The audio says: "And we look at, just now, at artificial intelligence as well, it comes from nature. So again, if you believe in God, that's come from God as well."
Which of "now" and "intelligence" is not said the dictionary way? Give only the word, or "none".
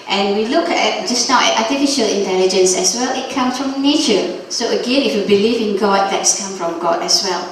none